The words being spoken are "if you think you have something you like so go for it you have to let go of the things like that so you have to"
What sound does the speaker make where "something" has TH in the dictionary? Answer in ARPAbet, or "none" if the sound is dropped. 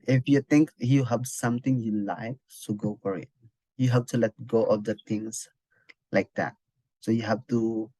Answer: T